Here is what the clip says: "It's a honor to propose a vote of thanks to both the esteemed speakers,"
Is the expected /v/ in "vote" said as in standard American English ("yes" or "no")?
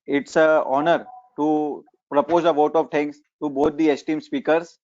yes